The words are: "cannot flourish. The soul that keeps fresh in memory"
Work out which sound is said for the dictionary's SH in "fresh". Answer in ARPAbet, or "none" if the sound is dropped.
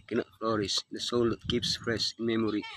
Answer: S